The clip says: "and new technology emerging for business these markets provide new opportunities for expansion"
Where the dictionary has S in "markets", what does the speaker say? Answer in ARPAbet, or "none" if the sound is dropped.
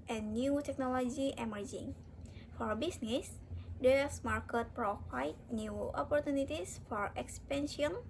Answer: none